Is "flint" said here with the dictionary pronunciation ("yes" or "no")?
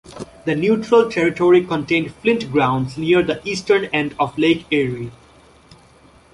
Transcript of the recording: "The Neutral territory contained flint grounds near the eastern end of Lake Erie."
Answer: yes